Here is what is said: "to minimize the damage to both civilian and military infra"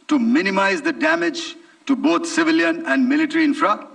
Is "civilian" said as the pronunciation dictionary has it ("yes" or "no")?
yes